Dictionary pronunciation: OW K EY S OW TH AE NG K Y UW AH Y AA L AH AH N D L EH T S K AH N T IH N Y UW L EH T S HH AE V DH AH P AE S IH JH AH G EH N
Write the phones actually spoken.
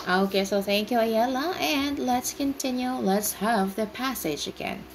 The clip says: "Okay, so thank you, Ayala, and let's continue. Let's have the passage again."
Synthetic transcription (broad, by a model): OW K EY S OW TH AE NG K Y UW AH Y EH L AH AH N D L EH T S K AH N T IH N Y UW L EH T S HH AE V DH AH P AE S IH JH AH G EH N